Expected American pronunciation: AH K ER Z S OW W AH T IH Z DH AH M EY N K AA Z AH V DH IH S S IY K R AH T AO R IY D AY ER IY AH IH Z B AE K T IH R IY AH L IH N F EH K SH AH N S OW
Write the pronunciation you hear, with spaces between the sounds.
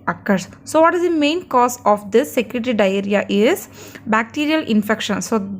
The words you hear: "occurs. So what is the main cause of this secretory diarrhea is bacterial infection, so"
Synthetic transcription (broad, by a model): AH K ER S S OW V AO T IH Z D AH M EY N K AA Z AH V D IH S S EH K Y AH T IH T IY D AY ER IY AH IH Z B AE K T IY R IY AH L IH N F EH K SH AH N S OW